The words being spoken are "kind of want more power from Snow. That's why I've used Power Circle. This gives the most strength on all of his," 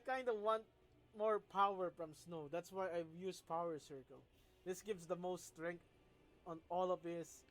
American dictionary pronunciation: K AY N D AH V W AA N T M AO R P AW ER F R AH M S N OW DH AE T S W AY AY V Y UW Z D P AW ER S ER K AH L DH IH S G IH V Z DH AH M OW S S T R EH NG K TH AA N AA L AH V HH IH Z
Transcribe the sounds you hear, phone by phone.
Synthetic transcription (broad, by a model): K AY N D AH W AA N T M AO R P AW ER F R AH M S N OW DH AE T S W AY AY Y UW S P AW ER S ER K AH L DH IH S G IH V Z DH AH M OW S S T R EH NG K T AA N AA L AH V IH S